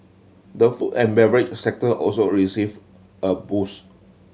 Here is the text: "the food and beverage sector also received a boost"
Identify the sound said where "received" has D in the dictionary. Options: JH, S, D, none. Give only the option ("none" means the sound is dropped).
none